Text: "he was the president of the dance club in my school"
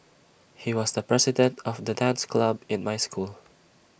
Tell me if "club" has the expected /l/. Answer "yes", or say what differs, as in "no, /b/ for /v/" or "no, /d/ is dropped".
yes